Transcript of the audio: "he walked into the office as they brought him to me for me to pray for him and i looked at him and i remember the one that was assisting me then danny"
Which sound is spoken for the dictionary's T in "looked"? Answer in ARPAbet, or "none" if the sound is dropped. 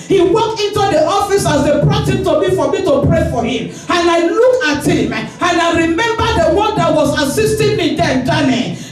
none